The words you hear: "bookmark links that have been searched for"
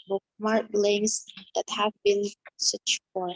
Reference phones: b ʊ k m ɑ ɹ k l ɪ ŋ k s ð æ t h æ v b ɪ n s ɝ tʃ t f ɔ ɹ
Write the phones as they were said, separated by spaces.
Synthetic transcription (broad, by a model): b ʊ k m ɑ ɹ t l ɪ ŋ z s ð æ t h æ v b ɪ n s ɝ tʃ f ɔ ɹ